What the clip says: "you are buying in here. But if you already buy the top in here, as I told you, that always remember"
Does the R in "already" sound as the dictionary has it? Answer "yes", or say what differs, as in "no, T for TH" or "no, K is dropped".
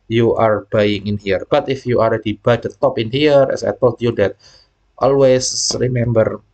no, L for R